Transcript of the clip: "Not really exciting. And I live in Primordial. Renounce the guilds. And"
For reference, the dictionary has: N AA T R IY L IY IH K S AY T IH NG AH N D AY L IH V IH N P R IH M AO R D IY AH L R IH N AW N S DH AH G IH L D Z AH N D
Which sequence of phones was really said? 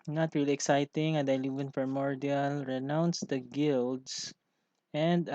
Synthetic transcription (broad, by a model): N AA T R IY L IY IH K S AY T IH NG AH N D AY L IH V IH N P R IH M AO R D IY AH L R IH N AW N S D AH G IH L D S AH N D